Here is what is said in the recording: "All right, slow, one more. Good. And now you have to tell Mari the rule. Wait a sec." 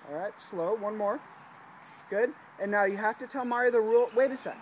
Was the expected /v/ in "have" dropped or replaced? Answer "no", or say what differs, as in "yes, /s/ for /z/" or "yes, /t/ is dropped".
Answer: yes, /f/ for /v/